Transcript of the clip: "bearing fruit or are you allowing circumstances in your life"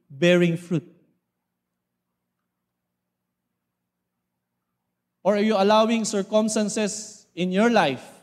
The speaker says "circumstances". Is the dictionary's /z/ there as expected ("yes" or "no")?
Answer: no